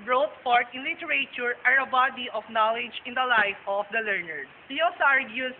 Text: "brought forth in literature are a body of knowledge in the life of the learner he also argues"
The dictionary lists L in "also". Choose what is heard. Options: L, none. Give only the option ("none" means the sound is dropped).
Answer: none